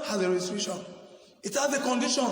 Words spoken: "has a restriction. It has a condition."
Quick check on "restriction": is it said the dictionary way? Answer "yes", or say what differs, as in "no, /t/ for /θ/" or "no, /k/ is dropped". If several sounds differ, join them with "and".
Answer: no, /k/ is dropped